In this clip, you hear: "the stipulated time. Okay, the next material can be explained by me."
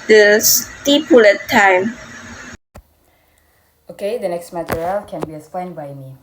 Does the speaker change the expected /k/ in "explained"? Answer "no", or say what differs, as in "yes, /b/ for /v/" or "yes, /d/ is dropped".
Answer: yes, /k/ is dropped